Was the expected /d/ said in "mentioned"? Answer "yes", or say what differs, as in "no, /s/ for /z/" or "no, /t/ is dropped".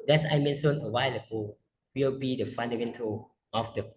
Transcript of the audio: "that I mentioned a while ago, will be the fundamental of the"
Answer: no, /d/ is dropped